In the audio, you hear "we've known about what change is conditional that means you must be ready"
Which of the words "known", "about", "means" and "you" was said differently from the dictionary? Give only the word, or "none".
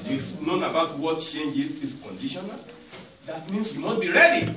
means